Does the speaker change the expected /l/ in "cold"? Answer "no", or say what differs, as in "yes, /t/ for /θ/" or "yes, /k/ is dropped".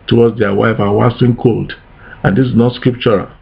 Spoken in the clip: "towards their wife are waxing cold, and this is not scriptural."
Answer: no